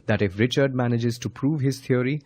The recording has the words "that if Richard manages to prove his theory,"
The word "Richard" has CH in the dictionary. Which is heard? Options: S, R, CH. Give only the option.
CH